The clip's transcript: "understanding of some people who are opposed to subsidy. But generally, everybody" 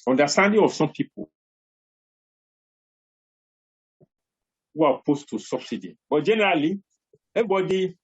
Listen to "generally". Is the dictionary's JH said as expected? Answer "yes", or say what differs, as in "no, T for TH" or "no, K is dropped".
yes